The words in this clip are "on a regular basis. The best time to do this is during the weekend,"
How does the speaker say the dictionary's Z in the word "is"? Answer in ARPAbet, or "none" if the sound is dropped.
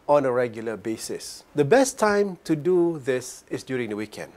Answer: S